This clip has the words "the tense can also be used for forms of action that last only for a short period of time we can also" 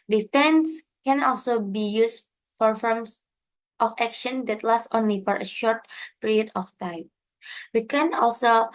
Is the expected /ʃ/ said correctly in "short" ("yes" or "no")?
yes